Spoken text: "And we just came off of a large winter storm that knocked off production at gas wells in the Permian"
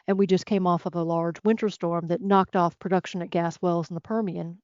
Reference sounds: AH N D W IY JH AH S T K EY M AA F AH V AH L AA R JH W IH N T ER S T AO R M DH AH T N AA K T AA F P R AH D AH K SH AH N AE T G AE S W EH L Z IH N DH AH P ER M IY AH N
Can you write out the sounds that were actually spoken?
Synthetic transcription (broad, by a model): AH N W IY JH AH S K EY M AA F AH V AH L AA R JH W IH N T ER S T AO R M DH AH T N AA K T AA F P R AH D AH K SH AH N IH T G AE S W EH L Z N DH AH P ER M IY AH N